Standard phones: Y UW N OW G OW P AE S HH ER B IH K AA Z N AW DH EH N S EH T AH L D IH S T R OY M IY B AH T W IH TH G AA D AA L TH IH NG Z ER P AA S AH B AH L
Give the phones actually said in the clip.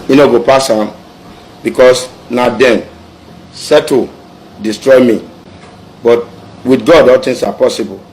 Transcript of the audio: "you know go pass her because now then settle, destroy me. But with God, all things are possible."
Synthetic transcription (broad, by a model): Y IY N OW G OW P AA S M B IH K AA S N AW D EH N S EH T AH D IH S T R OY M IY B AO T W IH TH G AA D AA L T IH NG S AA P AA S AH B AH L